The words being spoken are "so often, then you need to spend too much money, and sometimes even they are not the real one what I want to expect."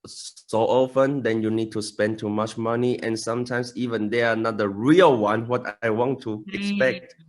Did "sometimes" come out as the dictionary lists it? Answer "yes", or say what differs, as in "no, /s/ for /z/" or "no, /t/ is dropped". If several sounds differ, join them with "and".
no, /s/ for /z/